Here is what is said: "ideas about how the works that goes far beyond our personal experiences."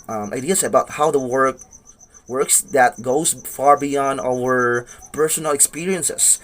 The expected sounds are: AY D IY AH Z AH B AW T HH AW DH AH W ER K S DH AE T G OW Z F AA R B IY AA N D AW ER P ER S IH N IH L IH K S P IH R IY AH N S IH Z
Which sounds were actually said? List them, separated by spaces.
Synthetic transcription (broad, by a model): AY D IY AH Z AH B AW T HH AW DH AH W ER K S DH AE T G OW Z F AA R B IY AA N D AW ER P ER S IH N IH L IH K S P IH R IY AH N S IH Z